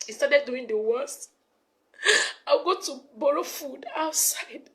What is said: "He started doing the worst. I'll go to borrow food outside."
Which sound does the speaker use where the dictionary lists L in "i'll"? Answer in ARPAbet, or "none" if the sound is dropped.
W